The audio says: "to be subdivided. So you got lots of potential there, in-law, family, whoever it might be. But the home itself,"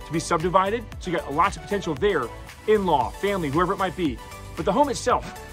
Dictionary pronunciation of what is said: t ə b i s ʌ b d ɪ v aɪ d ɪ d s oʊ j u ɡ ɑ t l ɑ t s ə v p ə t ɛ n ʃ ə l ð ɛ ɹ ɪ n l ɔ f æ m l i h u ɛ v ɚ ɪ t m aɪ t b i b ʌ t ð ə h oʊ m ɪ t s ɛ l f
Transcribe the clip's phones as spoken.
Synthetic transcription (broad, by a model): t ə b i s ʌ b d ɪ v aɪ d ɪ d ʃ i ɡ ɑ t l ɑ t ə v p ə t ɛ n ʃ l ð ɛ ɹ ɪ n l ɔ f æ m l i h u ɛ v ɚ ɪ t m aɪ t b i b ʌ t ð ə h oʊ m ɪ t s ɛ l f